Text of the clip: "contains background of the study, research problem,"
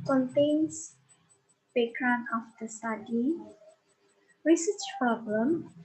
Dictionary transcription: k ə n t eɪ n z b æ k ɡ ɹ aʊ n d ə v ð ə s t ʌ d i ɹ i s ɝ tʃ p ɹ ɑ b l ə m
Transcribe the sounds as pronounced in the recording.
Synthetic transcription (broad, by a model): k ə n t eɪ n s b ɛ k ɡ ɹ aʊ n ə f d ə s t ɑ d i ɹ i s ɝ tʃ p ɹ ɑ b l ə m